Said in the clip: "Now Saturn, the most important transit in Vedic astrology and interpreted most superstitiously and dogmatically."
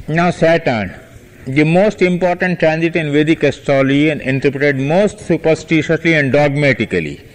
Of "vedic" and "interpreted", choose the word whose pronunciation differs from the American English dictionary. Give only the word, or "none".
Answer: none